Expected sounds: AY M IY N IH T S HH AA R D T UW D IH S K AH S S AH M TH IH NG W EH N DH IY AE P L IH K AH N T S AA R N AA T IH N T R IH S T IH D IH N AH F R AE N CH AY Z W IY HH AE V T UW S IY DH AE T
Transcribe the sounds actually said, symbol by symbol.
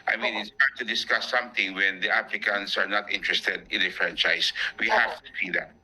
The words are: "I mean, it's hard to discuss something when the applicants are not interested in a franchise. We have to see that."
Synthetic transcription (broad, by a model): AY M IY N IH T S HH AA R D T UW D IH S K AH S S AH M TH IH NG W EH N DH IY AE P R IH K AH N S AA R N AA T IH N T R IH S T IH D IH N AH F R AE N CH AY S W IY HH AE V T UW S IY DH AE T